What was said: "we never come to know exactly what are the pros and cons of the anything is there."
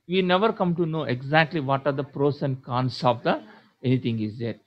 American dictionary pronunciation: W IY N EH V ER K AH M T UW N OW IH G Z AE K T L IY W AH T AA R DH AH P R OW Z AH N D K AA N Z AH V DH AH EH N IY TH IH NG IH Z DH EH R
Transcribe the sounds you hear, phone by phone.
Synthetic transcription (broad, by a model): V IY N EH V ER K AH M T UW N OW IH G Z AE K T L IY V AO T AA R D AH P R OW S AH N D K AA N S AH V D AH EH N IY T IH NG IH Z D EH R